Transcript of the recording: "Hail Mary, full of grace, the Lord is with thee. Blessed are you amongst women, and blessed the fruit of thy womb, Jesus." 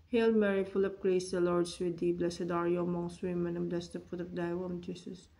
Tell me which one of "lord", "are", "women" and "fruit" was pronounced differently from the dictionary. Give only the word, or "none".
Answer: fruit